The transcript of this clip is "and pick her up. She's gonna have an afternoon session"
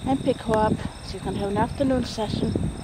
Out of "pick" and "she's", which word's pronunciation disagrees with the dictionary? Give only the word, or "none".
she's